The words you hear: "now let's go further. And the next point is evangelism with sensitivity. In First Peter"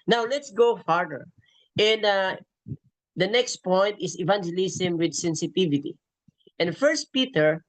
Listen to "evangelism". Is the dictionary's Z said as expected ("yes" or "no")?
no